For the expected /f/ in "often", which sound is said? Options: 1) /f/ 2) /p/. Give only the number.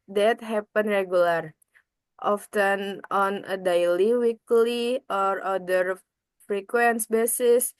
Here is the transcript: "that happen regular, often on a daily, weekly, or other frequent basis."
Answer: 1